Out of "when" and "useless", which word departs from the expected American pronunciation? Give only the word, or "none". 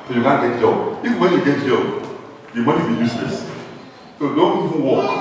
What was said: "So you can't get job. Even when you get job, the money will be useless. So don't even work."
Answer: useless